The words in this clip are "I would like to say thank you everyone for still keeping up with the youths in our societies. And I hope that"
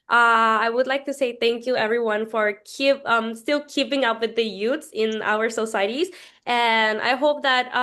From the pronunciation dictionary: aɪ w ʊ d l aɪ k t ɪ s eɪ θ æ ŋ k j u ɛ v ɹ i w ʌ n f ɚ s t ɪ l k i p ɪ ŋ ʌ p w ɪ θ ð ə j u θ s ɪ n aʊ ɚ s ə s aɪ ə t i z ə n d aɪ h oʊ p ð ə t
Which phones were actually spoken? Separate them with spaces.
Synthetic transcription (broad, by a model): aɪ w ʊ d l aɪ k t ɪ s eɪ θ æ ŋ k j u ɛ v ɹ i w ʌ n f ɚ s t ɪ l k i p ɪ ŋ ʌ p w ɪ ð ə j u t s ɪ n aʊ ɚ s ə s aɪ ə t i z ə n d aɪ h oʊ p ð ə t